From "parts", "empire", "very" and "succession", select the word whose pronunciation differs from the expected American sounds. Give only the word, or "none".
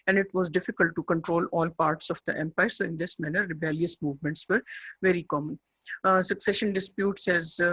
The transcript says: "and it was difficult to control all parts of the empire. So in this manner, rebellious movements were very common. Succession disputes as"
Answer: none